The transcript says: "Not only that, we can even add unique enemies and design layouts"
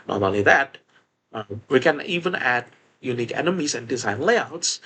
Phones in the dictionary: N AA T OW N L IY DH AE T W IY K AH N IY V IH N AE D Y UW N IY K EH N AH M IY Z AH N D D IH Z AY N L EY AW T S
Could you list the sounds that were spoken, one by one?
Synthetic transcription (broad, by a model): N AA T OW L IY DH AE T W IY K AH N IY V IH N AE D Y UW N IY K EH N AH M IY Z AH N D D IH Z AY N L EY AW T S